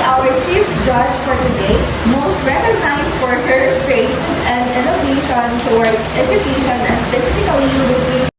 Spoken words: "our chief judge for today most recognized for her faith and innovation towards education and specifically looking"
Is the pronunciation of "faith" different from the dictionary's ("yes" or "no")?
yes